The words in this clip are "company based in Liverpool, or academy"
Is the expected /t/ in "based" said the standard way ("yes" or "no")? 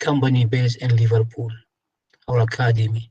no